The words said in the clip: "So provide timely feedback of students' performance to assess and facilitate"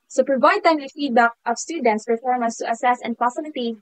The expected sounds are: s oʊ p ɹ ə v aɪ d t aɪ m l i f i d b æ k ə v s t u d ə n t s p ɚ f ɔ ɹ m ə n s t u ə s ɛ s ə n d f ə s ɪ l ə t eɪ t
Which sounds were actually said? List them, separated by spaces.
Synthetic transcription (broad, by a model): s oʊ p ɹ ə v aɪ d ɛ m w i f i d b æ k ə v s t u d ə n t s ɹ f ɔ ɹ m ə s t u ə s ɛ s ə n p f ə s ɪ l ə t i